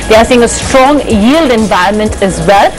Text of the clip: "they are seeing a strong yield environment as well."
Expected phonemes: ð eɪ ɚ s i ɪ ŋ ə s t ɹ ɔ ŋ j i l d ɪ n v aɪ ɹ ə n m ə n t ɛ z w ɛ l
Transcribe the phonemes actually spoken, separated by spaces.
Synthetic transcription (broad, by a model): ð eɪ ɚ s i ɪ ŋ ə s t ɹ ɔ ŋ j i l d ɪ n v aɪ ɹ ə n m ə n t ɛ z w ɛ l